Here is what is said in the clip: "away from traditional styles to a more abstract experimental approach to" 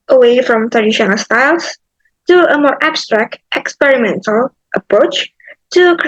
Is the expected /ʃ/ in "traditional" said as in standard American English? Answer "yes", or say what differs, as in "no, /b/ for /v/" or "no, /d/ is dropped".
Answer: yes